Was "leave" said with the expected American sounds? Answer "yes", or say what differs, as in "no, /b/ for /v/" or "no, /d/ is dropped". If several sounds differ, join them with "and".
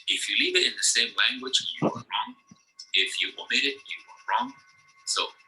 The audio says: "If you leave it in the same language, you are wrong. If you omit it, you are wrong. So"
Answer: yes